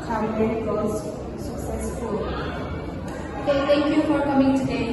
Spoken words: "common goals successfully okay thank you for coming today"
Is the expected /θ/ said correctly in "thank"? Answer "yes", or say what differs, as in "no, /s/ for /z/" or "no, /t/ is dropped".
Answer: no, /t/ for /θ/